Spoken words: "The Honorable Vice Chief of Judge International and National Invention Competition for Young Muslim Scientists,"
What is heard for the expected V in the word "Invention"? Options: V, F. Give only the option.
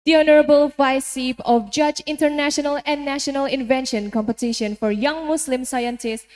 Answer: V